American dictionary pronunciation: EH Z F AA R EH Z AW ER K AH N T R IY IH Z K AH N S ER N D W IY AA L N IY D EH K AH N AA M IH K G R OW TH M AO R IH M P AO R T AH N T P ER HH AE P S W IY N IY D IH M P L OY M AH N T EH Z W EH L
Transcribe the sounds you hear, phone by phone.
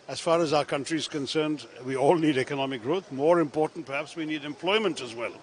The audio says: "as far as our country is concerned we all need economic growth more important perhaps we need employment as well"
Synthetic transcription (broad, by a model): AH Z F AA R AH Z AW ER K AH N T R IY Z K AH N S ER N D W IY AA L N IY D EH K AH N AA M IH K G R OW TH M AO R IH M P AO R T N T P ER HH AE P S W IY N IY D IH M P L OY M AH N T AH Z W EH L